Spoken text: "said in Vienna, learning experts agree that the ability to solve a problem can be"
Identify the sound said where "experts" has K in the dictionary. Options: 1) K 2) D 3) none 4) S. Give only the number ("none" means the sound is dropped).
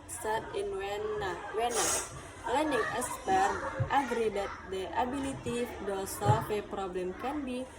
3